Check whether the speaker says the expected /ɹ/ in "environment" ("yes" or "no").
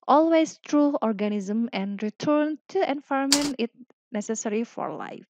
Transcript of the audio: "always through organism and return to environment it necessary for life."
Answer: no